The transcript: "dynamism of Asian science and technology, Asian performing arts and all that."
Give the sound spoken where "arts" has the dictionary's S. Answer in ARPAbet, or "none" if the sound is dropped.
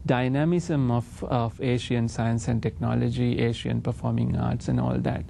S